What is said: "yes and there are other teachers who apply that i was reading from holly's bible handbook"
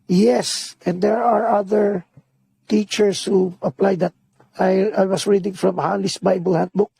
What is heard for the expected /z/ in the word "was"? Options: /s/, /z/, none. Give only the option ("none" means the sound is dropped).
/s/